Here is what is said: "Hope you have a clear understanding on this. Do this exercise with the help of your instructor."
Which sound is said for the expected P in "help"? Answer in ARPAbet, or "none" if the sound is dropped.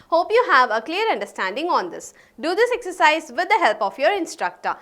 P